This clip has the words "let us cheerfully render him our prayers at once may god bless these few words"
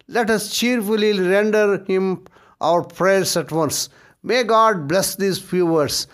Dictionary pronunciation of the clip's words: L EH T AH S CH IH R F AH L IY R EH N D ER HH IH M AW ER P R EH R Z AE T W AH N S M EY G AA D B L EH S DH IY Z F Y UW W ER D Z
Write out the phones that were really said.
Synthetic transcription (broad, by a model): L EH T AH S CH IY R F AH L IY R EH N D ER HH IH M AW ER P R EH R S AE T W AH N S M EY G AA D B L EH S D IY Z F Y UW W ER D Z